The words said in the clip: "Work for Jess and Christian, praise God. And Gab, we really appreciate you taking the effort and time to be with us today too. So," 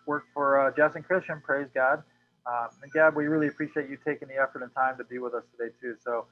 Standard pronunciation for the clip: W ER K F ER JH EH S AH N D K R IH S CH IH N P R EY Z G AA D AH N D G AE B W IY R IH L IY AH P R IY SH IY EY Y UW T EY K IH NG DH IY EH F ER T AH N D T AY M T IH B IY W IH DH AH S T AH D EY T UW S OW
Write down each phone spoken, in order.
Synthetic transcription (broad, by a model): W ER K F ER JH EH S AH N K R IH S CH IH N P R EY Z G AA D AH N G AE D W IY R IH L IY AH P R IY SH IY EY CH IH T EY K IH NG DH IY EH F ER T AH N T AY M T IH B IY W IH DH AH S T AH D EY T UW S OW